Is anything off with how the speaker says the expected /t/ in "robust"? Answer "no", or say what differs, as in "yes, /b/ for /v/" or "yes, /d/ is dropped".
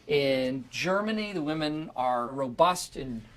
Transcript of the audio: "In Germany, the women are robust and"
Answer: no